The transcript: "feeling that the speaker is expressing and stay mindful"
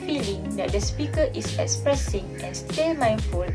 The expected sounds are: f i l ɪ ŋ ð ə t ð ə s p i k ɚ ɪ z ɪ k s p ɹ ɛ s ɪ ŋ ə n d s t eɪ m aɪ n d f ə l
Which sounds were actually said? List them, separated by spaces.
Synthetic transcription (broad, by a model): f i l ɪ ŋ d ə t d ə s p i k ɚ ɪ s ɪ k s p ɹ ɛ s ɪ ŋ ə n s t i m aɪ n f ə l